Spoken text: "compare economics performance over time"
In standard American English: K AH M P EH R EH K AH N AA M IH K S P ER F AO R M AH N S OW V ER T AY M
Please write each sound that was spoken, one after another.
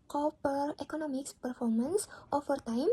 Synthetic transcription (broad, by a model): K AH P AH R EH K AH N AA M IH K S P ER F AO R M AH N S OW F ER T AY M